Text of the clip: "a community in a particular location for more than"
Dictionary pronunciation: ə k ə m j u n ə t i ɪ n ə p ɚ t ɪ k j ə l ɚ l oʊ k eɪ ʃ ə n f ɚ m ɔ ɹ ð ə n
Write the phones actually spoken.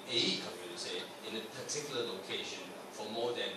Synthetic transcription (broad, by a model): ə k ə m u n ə s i ɪ n ə p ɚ t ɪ k j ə l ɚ l oʊ k eɪ ʃ ə n f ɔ m ɔ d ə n